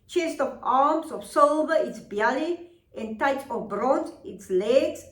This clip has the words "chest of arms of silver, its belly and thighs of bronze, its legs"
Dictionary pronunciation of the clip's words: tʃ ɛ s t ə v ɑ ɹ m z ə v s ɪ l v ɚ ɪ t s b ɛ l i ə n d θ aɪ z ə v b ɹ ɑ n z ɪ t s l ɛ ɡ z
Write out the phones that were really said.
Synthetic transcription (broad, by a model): tʃ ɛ s t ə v ɑ m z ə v s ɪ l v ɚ ɪ t s b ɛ l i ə n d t aɪ s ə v b ɹ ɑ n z ɪ t s l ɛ ɡ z